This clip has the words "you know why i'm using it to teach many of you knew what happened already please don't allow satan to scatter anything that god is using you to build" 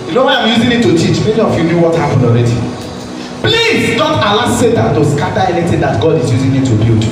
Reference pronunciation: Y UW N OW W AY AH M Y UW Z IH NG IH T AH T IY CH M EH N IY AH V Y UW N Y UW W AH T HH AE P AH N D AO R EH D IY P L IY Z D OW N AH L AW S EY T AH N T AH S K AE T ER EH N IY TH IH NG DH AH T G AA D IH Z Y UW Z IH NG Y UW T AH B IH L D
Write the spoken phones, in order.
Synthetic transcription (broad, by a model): Y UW N OW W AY AH M Y UW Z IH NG IH T AH T IY CH M EH N IY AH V Y UW N Y UW W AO T HH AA P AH N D AO R EH D IY P L IY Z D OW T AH L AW S EY T AH N T AH S K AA T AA EH N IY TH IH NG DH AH T G AA D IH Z Y UW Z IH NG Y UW T AH B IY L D